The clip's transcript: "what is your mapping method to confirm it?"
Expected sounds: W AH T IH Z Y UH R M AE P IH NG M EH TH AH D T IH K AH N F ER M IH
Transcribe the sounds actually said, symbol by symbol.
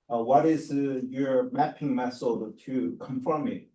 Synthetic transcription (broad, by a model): W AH T IH Z Y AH R M AE P IH NG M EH S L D T IH K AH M F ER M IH